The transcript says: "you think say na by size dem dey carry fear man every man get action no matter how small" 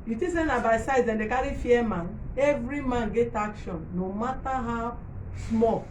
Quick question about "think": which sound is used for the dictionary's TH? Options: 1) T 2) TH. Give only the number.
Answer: 1